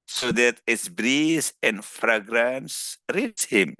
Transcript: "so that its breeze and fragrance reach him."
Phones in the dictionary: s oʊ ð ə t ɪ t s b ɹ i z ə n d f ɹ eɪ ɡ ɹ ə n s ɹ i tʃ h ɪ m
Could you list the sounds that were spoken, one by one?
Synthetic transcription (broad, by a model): s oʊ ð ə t ɪ t s b ɹ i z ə n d f ɹ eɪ ɡ ɹ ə n s ɹ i s h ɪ m